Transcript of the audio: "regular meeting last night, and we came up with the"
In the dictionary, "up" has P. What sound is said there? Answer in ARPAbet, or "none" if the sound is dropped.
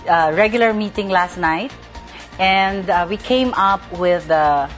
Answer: P